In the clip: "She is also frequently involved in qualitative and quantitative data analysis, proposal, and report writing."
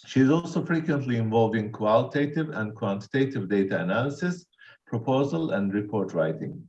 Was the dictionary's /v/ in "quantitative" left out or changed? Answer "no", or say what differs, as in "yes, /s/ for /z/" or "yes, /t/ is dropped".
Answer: no